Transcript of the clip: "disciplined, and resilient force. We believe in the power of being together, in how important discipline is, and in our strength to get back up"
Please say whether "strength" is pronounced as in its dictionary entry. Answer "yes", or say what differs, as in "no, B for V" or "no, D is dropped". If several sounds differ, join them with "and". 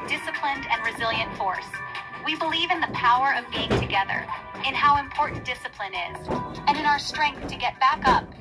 yes